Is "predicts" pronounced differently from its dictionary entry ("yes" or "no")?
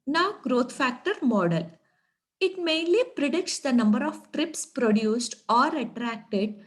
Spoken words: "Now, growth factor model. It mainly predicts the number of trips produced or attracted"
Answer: no